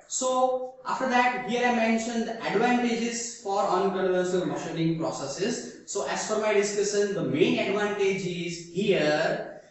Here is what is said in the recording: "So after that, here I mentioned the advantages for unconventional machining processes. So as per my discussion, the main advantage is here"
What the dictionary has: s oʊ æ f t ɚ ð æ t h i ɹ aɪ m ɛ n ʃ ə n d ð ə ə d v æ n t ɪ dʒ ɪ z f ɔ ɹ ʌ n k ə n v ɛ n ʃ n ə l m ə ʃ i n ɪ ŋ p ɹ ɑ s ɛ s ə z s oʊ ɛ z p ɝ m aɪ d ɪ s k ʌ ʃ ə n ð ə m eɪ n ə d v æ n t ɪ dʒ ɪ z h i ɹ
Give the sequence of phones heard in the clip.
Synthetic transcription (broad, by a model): s oʊ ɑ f t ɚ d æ t h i ɹ aɪ m ɛ n ʃ ə n d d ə d v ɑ n t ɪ dʒ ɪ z f ɔ ɹ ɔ n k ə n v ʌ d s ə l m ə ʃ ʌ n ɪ ŋ p ɹ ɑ s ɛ s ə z s oʊ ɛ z f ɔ m aɪ d ɪ s k ʌ ʃ ə n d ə m eɪ n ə d v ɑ n t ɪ dʒ ɪ z h i ɹ